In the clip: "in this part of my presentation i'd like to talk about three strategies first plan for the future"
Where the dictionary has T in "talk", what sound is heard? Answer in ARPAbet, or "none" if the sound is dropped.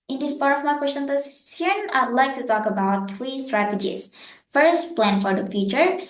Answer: T